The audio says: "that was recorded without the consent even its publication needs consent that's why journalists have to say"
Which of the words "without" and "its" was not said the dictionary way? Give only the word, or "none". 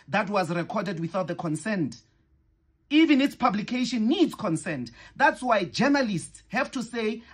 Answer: none